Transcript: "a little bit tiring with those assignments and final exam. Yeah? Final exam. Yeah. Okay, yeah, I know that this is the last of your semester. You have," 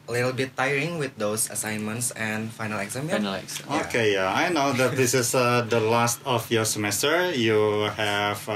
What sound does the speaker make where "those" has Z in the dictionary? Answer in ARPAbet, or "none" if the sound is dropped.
S